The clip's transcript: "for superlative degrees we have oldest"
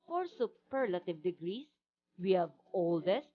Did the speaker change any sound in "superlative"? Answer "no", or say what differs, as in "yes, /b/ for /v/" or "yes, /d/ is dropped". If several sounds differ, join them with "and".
no